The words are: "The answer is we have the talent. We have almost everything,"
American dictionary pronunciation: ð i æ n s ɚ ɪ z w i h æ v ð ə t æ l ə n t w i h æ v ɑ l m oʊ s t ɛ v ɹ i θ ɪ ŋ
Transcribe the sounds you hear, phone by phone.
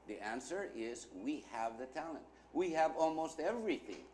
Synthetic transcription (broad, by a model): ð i æ n s ɚ ɪ z w i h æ v ð ə t æ l ə n t w i h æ v ɑ l m oʊ s t ɛ v ɹ i θ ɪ ŋ